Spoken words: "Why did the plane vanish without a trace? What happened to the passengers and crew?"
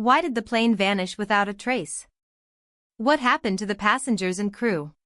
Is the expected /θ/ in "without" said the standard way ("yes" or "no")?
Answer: yes